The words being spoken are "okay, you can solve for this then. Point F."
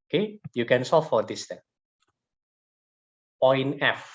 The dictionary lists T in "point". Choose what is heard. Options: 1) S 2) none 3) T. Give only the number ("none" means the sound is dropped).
2